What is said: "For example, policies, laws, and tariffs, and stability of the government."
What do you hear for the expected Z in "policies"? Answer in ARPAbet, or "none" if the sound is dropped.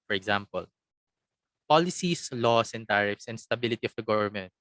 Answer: S